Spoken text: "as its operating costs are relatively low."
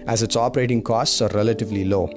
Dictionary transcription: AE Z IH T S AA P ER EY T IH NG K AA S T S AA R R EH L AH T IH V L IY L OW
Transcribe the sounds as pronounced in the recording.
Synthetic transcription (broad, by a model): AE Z IH T S AA P ER EY T IH NG K AA S T S AA R R EH L AH T IH V L IY L OW